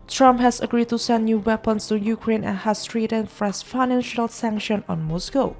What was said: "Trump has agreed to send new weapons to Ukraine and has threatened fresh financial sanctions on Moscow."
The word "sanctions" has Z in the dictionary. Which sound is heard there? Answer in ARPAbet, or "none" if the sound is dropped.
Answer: none